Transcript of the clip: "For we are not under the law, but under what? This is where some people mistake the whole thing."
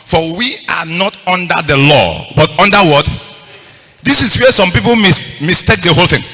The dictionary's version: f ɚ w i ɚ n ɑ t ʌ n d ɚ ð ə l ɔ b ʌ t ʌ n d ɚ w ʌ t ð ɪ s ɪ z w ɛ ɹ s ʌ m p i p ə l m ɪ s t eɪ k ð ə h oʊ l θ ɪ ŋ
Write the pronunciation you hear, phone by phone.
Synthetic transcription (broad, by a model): f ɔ w i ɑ n ɑ t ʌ n d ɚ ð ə l ɔ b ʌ t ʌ n d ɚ w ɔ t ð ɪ s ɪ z w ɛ s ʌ m p i p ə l m ɪ s t eɪ k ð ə h oʊ l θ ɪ ŋ